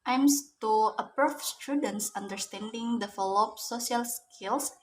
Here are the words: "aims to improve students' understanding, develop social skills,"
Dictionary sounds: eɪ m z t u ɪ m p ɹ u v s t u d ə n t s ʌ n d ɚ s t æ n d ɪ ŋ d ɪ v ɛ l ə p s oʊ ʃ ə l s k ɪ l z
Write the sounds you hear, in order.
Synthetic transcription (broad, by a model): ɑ m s t u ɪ p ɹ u f s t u d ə n t s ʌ n d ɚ s t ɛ n d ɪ ŋ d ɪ f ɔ l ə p s oʊ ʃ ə l s k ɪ l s